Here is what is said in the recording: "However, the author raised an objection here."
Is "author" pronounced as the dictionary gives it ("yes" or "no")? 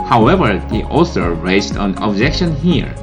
no